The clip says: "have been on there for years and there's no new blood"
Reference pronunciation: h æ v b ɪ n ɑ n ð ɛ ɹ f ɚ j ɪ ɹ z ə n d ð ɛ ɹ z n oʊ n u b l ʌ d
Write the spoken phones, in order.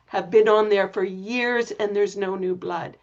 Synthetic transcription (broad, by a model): h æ v b ɪ n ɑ n ð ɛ ɹ f ɚ j ɪ ɹ z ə n ð ɛ ɹ z n oʊ n u b l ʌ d